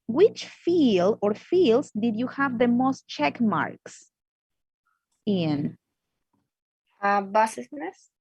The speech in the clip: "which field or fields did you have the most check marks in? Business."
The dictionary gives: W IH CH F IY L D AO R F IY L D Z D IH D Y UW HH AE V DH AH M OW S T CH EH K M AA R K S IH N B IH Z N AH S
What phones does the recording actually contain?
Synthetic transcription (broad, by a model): W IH CH F IY L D AO R F IY L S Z D IH D Y UW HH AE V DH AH M OW S T CH EH K M AA R K S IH N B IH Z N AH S